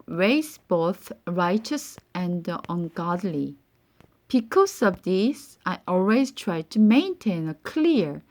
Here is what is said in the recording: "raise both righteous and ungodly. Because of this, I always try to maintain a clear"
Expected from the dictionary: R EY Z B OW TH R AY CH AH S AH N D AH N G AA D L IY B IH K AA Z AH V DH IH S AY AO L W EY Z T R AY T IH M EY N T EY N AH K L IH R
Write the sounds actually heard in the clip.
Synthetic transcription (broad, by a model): R EY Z B OW TH R AY CH AH S AH N D AH N G AA D L IY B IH K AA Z AH V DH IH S AY AO L W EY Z T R AY T IH M EY N T EY N AH K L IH R